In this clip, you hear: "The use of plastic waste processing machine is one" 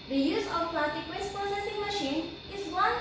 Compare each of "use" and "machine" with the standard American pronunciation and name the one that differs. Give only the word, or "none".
none